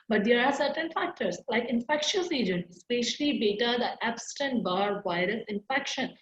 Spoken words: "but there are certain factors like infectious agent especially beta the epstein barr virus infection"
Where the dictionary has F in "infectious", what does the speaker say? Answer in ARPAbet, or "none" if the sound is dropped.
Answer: F